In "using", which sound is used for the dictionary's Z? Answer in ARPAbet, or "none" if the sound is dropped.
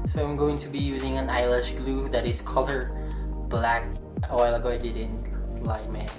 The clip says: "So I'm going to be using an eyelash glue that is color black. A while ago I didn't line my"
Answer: Z